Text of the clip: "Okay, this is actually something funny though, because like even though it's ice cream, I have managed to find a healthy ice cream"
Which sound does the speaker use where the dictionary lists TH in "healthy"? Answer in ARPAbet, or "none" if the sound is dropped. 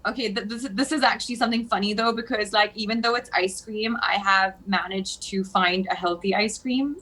TH